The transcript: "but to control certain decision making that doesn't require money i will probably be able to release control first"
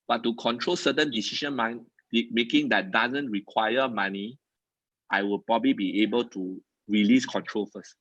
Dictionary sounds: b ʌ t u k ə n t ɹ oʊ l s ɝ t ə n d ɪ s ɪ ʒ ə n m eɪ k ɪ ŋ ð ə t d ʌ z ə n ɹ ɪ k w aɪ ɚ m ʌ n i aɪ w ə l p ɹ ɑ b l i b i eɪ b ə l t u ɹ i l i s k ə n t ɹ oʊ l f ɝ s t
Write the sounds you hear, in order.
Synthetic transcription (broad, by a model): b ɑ t u k ə n t ɹ oʊ l s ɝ t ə n d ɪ s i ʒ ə n m eɪ k ɪ ŋ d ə t d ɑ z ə n ɹ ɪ k w aɪ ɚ m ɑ n i aɪ w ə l p ɹ ɑ b l i b i eɪ b ə l t u ɹ i l i s k ə n t ɹ oʊ l f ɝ s t